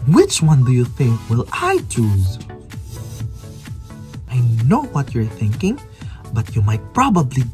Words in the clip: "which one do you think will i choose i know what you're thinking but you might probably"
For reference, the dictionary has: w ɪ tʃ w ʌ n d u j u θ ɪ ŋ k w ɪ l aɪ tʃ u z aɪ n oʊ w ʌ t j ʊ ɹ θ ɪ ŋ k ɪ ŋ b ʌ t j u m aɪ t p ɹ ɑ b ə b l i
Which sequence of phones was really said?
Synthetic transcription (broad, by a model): w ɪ tʃ w ʌ n d u j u θ ɪ ŋ k w ɪ l aɪ tʃ u z aɪ n oʊ w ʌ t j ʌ ɹ θ ɪ ŋ k ɪ ŋ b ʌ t j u m aɪ t p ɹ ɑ b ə b l i